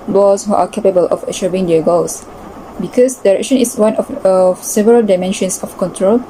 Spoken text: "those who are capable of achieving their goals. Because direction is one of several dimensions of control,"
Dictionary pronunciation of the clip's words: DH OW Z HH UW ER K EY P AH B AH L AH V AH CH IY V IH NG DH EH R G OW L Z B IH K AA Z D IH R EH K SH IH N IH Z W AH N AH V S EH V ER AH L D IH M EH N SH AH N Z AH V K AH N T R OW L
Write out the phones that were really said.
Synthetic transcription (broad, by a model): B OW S HH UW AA K EY P AH B AH L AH F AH SH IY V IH NG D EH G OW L S B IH K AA S D IH R EH K SH IH N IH S W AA N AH F S EH V ER AH L D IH M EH N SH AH N S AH F K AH N T R OW L